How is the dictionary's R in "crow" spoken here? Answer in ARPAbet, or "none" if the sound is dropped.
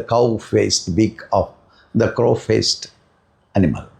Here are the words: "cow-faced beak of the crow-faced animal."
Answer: R